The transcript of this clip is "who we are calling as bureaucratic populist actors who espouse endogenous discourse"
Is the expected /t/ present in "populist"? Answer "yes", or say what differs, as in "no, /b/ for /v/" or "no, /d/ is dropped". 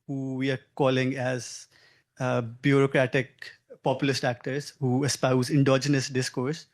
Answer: yes